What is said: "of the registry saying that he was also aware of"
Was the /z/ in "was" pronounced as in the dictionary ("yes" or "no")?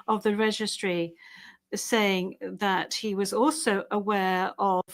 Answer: yes